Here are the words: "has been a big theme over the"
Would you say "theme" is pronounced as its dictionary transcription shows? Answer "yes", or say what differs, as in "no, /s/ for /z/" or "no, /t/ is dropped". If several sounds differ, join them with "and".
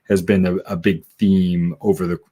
yes